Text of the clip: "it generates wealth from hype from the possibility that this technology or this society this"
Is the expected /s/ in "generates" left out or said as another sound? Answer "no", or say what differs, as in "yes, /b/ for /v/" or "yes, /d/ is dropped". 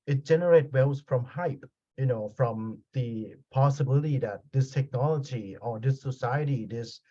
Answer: yes, /s/ is dropped